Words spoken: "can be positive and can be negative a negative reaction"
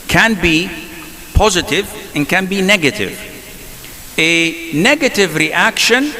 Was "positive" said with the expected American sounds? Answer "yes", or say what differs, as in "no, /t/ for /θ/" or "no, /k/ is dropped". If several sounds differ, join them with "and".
yes